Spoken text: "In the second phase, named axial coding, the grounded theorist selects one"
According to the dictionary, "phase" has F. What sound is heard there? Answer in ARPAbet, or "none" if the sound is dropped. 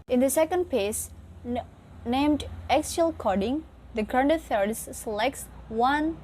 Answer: P